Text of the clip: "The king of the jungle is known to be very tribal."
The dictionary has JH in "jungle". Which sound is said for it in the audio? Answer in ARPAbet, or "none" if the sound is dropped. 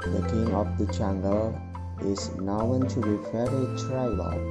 CH